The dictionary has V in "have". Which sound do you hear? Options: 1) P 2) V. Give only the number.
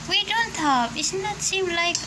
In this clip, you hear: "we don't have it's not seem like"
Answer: 1